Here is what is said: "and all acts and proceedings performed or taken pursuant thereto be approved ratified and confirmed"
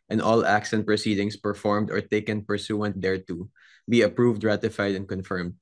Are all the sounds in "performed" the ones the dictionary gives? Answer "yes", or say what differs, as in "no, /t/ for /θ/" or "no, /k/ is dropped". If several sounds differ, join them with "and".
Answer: yes